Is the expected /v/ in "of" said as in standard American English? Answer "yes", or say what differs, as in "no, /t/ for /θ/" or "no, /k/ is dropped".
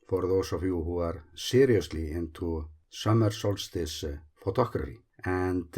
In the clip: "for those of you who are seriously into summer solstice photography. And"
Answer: no, /f/ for /v/